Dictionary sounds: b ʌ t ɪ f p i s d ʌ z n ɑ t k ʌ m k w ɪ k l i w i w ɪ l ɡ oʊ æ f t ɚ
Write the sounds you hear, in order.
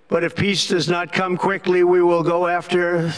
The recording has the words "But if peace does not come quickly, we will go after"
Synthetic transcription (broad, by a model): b ʌ t ɪ f p i s d ʌ z n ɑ t k ʌ m k w ɪ k l i w i w ɪ l ɡ oʊ æ f t ɚ